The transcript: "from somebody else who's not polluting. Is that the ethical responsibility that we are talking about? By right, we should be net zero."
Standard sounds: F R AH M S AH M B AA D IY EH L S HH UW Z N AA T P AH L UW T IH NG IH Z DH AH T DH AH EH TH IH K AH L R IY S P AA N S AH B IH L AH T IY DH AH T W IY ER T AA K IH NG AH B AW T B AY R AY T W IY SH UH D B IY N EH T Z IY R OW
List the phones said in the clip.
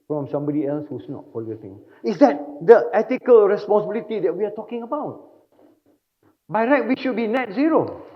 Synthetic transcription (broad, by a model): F R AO M S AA M B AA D IY EH L S HH UW S N AA T F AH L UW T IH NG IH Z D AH T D AH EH T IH K AH L R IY S P AA N S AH B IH L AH T IY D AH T W IY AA T AA K IH NG AH B AW T B AY R AY T W IY SH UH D B IY N EH T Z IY R OW